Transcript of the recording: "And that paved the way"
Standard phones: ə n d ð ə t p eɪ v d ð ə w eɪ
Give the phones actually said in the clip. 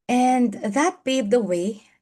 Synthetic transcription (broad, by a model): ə n ð ə t b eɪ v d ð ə w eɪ